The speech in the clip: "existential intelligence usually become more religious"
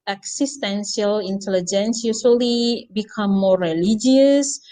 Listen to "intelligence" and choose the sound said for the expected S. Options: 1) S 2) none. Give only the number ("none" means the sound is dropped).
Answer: 1